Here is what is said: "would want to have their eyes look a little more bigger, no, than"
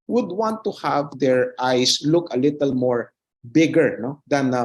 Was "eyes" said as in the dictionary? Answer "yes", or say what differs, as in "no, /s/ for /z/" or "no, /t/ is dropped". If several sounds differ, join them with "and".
no, /s/ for /z/